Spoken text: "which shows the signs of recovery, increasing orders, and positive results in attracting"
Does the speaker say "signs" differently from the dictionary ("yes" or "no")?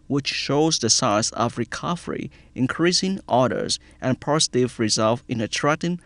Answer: yes